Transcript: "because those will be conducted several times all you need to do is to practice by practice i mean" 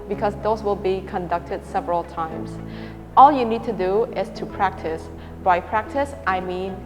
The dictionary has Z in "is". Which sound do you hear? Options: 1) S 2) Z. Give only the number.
1